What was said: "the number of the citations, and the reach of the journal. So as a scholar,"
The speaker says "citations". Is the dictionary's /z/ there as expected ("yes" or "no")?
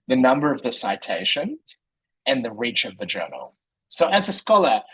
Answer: no